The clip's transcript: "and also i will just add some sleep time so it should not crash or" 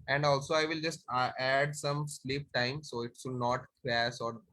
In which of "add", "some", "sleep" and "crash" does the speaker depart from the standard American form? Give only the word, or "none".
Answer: crash